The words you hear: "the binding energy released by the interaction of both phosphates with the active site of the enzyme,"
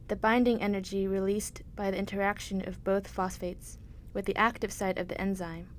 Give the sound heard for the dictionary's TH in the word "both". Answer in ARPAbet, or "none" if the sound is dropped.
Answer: TH